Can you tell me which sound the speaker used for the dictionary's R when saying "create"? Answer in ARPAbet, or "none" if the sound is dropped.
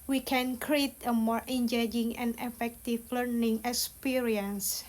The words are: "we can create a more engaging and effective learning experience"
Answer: R